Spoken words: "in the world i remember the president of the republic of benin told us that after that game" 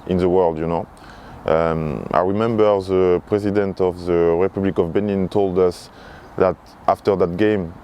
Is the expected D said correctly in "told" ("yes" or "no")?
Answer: yes